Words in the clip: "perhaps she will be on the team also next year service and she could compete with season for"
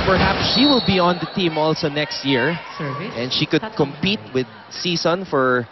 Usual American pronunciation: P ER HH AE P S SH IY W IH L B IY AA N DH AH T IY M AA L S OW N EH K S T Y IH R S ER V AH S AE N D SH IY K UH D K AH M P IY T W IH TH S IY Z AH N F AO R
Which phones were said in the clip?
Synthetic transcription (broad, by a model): P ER HH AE P S SH IY W IH L B IY AA N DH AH T IY M AA L S OW N EH K S T Y IH R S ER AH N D SH IY K UH D K AH M P IY T W IH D S IY S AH N F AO R